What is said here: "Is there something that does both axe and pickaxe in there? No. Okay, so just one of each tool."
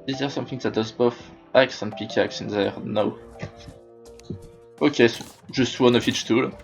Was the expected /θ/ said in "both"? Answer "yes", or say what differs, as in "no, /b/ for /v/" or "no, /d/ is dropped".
no, /f/ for /θ/